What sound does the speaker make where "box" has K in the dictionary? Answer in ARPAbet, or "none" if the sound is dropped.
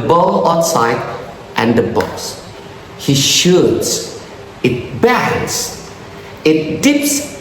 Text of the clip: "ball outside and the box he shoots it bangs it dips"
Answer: none